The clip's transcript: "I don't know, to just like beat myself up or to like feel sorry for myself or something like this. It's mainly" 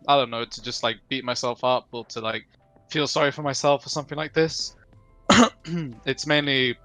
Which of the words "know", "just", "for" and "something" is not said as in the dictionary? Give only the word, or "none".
none